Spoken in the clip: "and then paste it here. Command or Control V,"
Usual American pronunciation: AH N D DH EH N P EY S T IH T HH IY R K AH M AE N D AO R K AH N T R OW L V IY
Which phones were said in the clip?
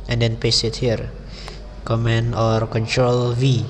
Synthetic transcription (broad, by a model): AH N D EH N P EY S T IH T HH IY R K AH M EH N AO R K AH N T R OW L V IY